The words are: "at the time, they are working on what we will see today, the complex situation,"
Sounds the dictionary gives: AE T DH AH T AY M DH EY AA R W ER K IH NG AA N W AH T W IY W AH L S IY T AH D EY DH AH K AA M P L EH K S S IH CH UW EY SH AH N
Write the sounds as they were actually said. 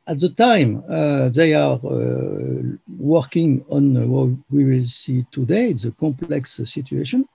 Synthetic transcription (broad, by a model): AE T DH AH T AY M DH EY AA R W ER K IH NG AA N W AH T W IY W AH L S IY T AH D EY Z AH K AA M P L EH K S S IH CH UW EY SH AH N